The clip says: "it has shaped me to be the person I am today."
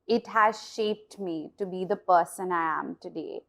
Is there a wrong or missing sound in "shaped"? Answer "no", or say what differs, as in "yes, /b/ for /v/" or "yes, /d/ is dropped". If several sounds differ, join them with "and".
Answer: no